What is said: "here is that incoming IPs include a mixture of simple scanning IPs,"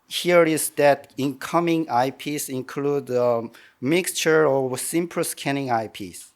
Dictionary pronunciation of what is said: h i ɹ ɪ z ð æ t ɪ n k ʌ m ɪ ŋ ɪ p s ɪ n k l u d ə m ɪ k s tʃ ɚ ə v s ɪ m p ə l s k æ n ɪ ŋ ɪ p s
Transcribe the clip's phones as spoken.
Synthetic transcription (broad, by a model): h i ɹ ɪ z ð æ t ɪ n k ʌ m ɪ ŋ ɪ p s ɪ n k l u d ə m ɪ k s tʃ ɚ ə v s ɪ m p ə s k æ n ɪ ŋ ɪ p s